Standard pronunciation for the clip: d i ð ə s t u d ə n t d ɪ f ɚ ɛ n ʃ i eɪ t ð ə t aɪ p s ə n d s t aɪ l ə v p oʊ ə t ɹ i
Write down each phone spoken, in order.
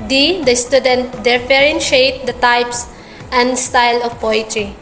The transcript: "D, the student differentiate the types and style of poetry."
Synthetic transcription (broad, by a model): d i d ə s t u d ə n t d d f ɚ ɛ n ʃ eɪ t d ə t aɪ p s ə n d s t aɪ l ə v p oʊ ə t ɹ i